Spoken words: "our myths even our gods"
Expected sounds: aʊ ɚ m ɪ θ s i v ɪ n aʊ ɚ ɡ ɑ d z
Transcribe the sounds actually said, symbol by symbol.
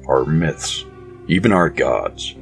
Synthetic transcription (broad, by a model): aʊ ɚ m ɪ θ s i v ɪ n aʊ ɚ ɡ ɑ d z